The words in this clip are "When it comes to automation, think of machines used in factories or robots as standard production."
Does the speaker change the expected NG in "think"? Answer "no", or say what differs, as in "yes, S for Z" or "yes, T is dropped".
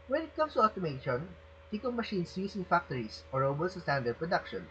yes, NG is dropped